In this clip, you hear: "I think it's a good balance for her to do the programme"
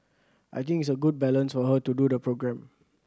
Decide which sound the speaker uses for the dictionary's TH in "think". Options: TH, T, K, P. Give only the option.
T